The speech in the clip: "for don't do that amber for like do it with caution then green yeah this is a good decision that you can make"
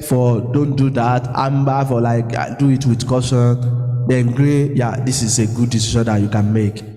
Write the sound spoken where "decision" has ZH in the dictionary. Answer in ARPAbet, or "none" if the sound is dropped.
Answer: SH